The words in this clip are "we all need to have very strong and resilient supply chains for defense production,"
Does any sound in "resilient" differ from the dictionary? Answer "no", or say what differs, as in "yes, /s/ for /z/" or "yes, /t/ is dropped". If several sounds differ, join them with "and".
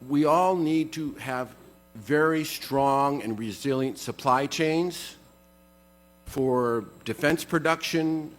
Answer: no